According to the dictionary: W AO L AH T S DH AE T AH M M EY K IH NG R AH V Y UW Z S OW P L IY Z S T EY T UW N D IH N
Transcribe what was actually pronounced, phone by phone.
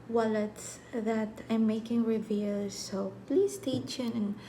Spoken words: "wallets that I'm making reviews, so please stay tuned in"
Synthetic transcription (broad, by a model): W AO L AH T S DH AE T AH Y M EY K IH NG R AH V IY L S OW P L IY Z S T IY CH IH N IH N